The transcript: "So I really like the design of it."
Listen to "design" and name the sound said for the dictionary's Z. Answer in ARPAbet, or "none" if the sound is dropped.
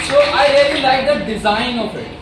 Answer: Z